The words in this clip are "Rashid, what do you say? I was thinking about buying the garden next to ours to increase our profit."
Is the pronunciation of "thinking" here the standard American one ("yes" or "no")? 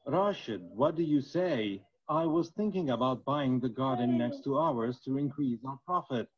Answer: yes